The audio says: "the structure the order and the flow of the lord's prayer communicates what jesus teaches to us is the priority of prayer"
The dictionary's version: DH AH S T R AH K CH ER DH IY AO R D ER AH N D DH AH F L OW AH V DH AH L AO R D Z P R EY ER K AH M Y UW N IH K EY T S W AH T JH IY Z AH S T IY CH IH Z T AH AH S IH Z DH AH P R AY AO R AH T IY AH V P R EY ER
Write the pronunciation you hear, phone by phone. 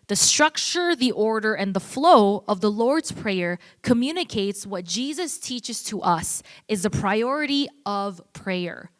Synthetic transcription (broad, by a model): DH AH S T R AH K CH ER DH IY AO R D ER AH N DH AH F L OW AH V DH AH L AO R D Z P R EY ER K AH M Y UW N IH K EY T S W AH T JH IY Z AH S T IY CH IH Z T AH AH S IH Z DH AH P R AY AO R AH T IY AH V P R EY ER